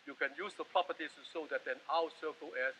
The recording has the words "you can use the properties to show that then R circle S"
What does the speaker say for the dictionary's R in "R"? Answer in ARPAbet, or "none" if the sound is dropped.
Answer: W